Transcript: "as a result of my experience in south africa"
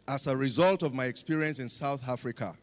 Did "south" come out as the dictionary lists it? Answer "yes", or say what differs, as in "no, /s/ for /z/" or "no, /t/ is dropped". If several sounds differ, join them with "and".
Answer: yes